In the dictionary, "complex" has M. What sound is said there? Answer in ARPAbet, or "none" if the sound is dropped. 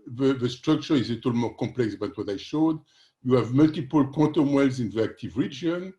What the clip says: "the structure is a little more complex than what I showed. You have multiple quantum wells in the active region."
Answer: none